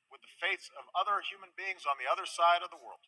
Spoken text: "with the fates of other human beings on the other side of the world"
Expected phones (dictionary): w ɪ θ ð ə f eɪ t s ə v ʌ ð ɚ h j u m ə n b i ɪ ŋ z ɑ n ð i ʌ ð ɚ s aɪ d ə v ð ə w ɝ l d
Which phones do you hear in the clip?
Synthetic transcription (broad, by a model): w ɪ ð ə f eɪ t s ə v ʌ ð ɚ h j u m ə n b i ɪ ŋ z n ð i ʌ ð ɚ s aɪ d ə v ð ə w ɝ l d